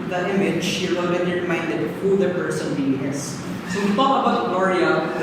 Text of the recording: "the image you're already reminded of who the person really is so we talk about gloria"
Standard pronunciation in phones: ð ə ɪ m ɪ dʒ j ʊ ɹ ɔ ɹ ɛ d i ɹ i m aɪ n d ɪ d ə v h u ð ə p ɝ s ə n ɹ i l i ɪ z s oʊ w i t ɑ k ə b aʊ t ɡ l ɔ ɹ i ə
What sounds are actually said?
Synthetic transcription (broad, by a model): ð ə ɪ m ɪ dʒ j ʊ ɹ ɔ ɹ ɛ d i ɹ i m aɪ n d ɪ d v h u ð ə p ɝ s ə n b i i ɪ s s oʊ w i t ɑ k ə b aʊ t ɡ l ɔ ɹ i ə